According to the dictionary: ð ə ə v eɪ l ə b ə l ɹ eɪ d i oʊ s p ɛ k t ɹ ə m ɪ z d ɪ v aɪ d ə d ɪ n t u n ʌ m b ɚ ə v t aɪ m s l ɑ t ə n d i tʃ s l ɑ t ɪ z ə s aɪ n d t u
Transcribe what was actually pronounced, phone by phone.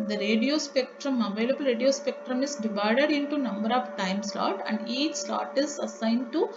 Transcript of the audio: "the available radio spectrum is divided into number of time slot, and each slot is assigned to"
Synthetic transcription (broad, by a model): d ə ə v eɪ l ə b ə l ɹ eɪ d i oʊ s p ɛ k t ɹ ə m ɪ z d ɪ v aɪ d ə d ɪ n t u n ʌ m b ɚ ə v t aɪ m s l ɑ t ə n d i tʃ s l ɑ t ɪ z ə s aɪ n d t u